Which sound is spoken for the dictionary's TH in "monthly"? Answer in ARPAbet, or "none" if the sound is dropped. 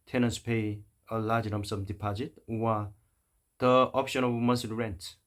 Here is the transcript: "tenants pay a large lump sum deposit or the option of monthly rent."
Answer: S